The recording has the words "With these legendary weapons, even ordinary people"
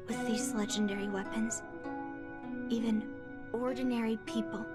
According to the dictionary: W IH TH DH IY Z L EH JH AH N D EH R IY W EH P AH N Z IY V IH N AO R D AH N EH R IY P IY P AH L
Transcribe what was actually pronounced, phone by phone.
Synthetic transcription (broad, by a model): W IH DH IY Z L EH JH AH N D EH R IY W EH P AH N Z IY V IH N AO R D N EH R IY P IY P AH L